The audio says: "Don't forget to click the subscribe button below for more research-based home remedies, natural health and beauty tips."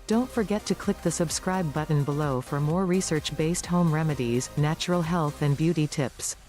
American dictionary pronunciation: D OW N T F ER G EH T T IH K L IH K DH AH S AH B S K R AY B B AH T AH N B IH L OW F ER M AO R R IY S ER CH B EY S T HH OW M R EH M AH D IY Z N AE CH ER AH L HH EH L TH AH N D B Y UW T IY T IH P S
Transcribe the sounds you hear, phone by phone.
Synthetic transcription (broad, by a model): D OW N T F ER G EH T T IH K L IH K DH AH S AH B S K R AY B B AH T N B IH L OW F ER M AO R R IY S ER CH B EY S T HH OW M R EH M AH D IY Z N AE CH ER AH L HH EH L TH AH N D B Y UW T IY T IH P S